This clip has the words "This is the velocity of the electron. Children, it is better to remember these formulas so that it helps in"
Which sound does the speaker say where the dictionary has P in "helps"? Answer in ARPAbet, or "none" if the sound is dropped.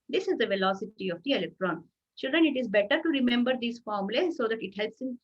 P